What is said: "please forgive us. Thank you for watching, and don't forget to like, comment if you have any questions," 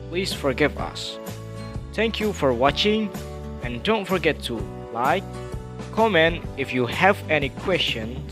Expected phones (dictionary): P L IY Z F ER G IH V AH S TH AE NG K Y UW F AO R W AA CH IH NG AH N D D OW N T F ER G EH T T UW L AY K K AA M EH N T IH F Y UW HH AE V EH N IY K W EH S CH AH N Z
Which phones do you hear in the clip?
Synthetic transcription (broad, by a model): P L IY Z F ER G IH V AH S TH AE NG K Y UW F AO R W AA CH IH NG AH N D D OW N T F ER G EH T T UW L AY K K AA M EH N IH F Y UW HH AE V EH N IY K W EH S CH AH N